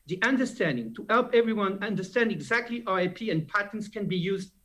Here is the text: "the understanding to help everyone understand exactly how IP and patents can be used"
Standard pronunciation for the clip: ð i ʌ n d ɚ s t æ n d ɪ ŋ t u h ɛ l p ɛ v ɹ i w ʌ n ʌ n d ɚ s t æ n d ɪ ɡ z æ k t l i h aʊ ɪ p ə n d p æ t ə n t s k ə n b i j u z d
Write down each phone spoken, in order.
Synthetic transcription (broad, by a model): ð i ʌ n d ɚ s t æ n d ɪ ŋ t u h ɛ l p ɛ v ɹ i w ʌ n ʌ n d ɚ s t æ n d ɪ ɡ z æ k t l i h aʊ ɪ p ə n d p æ t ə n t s k ə n b i j u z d